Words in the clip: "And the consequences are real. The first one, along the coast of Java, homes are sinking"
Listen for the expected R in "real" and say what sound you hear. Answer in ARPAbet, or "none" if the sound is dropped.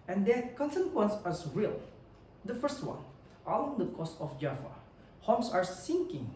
R